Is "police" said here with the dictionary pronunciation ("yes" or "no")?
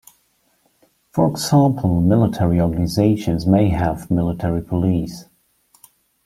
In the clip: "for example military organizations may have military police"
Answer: yes